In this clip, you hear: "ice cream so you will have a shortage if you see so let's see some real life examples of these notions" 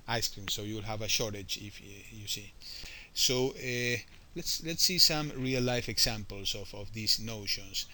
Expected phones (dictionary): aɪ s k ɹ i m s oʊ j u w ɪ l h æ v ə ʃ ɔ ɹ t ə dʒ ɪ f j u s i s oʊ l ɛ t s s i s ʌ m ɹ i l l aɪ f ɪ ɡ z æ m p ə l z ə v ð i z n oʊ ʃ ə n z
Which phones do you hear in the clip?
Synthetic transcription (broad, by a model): aɪ s k ɹ i m s oʊ j u w ɪ l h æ v ə ʃ ɔ ɹ t ə dʒ ɪ f j u s i s oʊ l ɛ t s s i s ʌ m ɹ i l l aɪ f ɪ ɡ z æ m p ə l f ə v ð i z n oʊ ʃ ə n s